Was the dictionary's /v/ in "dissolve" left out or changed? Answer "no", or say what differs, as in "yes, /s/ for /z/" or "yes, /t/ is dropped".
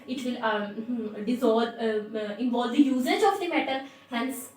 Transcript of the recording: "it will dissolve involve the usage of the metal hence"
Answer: yes, /b/ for /v/